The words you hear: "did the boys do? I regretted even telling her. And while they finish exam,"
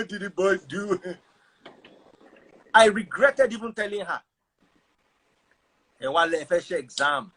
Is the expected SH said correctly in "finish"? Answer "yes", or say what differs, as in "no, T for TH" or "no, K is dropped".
no, SH is dropped